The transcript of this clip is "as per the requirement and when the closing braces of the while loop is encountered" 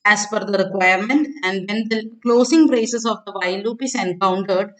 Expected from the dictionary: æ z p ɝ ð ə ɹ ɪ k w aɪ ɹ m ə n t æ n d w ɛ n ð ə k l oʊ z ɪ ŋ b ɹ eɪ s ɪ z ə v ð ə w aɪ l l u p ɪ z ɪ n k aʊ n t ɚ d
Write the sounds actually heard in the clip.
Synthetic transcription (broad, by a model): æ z f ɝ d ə ɹ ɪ k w aɪ ɹ m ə n t æ n d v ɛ n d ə k l oʊ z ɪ ŋ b ɹ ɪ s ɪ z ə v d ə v aɪ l l u p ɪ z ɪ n k aʊ n t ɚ d